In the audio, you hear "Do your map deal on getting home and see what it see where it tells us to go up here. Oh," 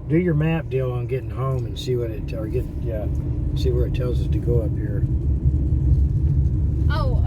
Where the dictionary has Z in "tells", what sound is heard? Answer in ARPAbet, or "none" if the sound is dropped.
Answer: Z